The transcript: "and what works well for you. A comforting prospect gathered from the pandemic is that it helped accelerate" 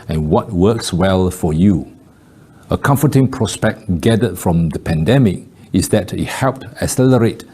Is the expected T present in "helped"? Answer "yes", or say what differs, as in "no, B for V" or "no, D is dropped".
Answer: yes